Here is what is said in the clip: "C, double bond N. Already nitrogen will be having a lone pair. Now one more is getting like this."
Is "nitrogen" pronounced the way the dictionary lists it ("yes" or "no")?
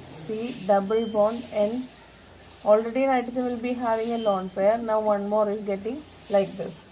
no